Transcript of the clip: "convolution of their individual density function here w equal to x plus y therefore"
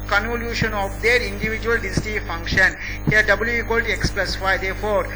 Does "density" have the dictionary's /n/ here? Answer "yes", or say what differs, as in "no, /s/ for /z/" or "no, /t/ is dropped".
no, /n/ is dropped